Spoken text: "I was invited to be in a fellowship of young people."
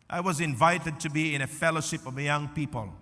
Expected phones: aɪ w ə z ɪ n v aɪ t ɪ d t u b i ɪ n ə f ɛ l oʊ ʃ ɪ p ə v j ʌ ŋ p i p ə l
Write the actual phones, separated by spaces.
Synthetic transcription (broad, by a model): aɪ w ə z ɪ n v aɪ t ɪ d t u b i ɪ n ə f ɛ l oʊ ʃ ɪ p ə v j ʌ ŋ p i p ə l